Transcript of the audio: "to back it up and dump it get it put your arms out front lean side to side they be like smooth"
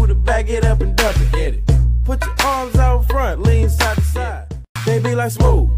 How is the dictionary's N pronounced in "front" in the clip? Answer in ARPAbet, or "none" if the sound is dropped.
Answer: N